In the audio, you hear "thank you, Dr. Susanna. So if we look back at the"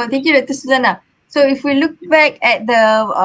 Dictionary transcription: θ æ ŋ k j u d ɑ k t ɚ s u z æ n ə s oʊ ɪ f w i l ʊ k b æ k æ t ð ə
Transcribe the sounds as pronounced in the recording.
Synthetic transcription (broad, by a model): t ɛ ŋ k j u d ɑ t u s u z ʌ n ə s oʊ ɪ f w i l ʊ k b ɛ k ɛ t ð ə